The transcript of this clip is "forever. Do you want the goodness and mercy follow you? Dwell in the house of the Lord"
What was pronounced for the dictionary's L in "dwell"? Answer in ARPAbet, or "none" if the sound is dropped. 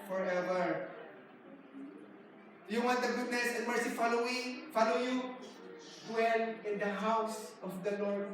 N